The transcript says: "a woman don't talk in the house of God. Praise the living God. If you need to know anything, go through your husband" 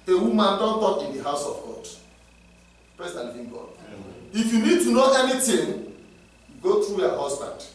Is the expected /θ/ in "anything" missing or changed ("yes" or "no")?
yes